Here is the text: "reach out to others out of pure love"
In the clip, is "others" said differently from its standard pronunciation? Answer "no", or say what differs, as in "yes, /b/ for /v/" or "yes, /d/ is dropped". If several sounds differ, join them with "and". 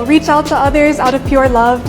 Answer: no